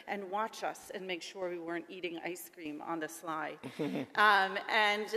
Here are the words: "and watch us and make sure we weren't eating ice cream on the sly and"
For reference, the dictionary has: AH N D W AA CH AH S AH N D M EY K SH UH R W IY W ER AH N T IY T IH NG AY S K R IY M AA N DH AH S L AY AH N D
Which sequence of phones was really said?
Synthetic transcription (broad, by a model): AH N W AA CH AH S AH N M EY K SH UH R W IY W ER AH N T IY T IH NG AY S K R IY M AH N DH AH S L AY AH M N